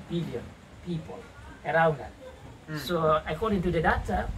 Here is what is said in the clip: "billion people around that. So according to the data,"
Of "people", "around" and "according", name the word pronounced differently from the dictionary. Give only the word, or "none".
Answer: none